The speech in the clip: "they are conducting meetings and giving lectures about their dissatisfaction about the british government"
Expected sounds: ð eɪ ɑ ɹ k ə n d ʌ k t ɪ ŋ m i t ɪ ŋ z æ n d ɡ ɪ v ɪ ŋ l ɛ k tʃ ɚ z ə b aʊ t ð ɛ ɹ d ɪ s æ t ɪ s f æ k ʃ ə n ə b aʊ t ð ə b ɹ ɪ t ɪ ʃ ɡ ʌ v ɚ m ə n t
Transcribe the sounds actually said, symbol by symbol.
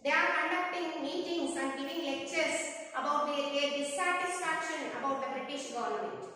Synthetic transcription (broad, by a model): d eɪ ɑ ɹ k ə n d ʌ k t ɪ ŋ m i t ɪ ŋ s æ n d ɡ ɪ v ɪ ŋ l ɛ k tʃ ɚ s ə b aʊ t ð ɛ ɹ d ɪ s æ t ɪ s f æ k ʃ ə n ə b aʊ t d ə b ɹ ɪ t ɪ ʃ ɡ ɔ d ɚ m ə n t